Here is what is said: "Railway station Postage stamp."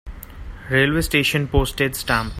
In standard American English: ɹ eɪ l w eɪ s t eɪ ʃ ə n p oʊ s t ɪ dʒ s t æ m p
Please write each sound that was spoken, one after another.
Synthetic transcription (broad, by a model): ɹ eɪ l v eɪ s t eɪ ʃ ə n p oʊ s t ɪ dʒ s t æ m